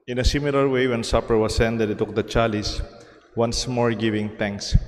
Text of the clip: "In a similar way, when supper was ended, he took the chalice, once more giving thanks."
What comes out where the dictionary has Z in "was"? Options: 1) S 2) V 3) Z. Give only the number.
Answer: 1